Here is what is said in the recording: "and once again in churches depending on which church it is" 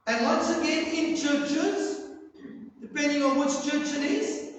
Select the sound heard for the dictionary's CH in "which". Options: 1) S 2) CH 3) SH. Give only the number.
1